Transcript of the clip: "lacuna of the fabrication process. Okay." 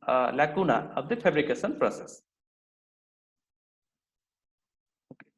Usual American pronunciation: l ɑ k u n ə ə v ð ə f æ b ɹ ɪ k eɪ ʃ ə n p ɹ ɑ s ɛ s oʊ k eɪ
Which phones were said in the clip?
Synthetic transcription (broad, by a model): l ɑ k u n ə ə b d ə p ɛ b ɹ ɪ k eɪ s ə n p ɹ ɑ s ɛ s